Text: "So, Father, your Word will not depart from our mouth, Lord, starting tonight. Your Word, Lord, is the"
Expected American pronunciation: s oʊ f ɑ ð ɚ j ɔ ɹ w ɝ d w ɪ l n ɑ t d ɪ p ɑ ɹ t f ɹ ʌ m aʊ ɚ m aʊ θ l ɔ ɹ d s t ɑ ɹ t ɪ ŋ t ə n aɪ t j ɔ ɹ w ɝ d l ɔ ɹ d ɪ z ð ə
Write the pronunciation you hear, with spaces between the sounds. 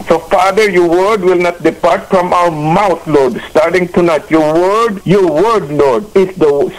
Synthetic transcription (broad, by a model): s oʊ f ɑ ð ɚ j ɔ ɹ w ɝ d w ɪ l n ɑ t d ɪ p ɑ ɹ t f ɹ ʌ m aʊ ɚ m aʊ t l ɔ ɹ d s t ɑ ɹ t ɪ ŋ t ə n aɪ t j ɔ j w ɝ d l ɔ ɹ d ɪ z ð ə